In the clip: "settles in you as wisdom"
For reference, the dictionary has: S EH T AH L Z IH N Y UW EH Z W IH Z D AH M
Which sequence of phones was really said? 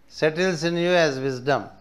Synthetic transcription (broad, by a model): S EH T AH L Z IH N Y UW EH Z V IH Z D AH M